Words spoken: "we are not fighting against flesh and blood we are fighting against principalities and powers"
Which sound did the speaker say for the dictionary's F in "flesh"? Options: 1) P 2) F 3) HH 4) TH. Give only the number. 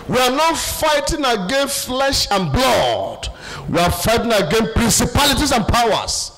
2